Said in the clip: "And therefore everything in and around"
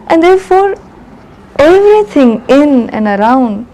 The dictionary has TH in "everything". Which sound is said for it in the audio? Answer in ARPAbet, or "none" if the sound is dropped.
T